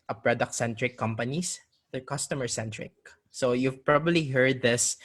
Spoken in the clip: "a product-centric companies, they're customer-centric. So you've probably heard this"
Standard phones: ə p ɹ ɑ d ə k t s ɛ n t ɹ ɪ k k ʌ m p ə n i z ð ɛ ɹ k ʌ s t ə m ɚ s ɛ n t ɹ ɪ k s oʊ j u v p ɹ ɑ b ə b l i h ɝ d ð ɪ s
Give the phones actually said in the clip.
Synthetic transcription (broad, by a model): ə p ɹ ɑ d ə k t s ɛ n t ɹ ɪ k k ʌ m p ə n i s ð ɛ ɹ k ʌ s t ə m ɚ s ɛ n t ɹ ɪ k s oʊ j u v p ɹ ɑ b ə b l i h ɝ d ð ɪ s